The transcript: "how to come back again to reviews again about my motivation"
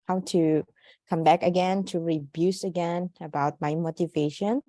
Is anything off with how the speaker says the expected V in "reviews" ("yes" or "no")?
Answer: yes